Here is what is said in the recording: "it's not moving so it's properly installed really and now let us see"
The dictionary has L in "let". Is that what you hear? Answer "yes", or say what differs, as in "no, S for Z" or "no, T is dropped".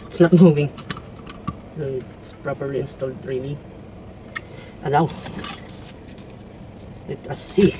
no, W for L